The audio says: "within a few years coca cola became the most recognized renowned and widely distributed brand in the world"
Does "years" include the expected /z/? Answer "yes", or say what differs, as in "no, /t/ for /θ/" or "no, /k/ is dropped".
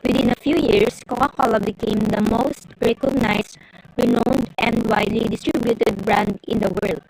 no, /s/ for /z/